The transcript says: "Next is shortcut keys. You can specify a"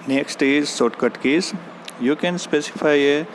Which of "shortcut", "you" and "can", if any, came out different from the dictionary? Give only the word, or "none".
shortcut